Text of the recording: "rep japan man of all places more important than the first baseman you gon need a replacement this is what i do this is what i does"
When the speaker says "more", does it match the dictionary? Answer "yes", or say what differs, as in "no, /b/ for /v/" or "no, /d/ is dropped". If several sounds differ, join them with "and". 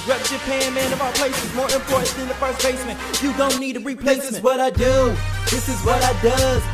yes